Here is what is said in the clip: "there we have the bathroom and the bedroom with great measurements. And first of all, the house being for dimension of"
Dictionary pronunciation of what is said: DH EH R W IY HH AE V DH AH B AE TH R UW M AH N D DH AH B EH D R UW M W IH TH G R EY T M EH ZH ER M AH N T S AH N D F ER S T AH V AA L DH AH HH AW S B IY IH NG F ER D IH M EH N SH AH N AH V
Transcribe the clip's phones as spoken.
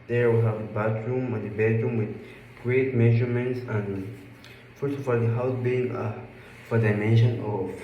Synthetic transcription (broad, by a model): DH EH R W IY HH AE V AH B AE T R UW M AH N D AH B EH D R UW M W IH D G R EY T M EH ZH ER M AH N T S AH N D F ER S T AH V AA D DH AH HH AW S B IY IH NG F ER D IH M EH N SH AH N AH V